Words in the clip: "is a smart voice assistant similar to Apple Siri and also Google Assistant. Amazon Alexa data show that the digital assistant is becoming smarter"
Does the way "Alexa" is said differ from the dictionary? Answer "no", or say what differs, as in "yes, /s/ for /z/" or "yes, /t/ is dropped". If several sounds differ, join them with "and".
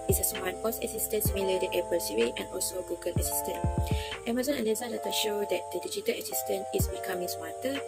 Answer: yes, /k/ is dropped